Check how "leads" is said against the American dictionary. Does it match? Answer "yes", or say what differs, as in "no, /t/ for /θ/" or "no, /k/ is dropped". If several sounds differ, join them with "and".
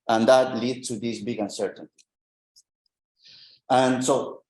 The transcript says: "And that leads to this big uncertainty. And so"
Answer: no, /z/ is dropped